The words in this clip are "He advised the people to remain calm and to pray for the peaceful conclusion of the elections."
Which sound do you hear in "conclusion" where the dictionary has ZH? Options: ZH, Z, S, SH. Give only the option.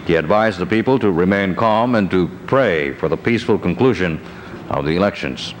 ZH